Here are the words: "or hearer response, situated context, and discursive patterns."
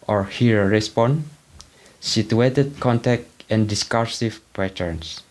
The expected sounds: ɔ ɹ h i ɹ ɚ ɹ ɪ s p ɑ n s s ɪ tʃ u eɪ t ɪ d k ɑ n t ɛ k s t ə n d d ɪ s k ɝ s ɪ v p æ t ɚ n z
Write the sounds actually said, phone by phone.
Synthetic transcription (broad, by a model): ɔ ɹ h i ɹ ɹ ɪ s p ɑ n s s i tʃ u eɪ t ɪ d k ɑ n t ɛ k t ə n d d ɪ s k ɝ s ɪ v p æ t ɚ n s